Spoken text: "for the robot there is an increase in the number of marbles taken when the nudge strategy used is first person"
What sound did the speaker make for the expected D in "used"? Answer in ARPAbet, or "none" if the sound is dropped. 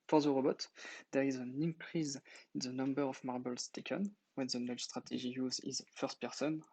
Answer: none